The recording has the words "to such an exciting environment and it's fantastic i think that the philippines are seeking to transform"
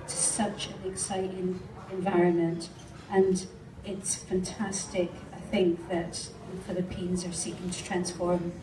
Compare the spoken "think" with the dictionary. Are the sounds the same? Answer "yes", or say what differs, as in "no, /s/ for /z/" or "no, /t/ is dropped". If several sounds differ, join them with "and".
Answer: yes